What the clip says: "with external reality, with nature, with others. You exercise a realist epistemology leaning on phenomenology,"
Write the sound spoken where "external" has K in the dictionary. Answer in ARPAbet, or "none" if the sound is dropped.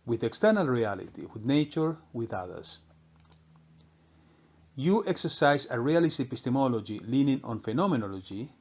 K